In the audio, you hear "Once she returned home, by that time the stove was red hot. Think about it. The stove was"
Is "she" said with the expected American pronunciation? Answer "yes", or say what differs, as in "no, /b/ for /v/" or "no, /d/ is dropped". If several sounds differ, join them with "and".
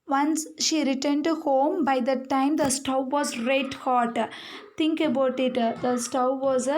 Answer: yes